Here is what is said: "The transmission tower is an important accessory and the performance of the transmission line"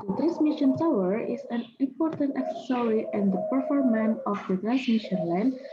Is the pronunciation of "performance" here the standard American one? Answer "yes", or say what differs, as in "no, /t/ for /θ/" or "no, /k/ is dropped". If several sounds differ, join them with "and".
no, /s/ is dropped